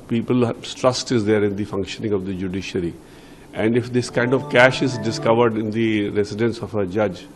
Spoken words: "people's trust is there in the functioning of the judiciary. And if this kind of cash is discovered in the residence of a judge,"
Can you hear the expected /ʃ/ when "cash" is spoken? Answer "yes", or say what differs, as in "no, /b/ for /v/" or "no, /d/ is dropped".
yes